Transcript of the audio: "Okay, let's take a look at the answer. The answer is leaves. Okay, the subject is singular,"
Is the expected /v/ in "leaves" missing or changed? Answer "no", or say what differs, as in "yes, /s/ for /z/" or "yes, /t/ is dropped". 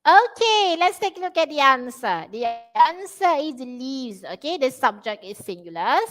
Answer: yes, /v/ is dropped